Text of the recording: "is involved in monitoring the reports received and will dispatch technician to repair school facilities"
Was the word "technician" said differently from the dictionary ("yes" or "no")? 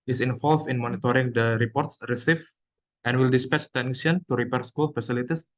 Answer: yes